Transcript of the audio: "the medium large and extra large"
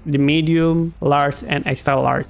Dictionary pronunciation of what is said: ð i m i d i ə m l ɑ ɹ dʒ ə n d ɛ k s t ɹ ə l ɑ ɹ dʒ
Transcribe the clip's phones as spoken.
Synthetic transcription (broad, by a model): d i m i d i ə m l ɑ ɹ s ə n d ɛ k s t ɹ ə l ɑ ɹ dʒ